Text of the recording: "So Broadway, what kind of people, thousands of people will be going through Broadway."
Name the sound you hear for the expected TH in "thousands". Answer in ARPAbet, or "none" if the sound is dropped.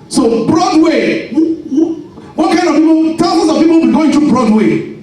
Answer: T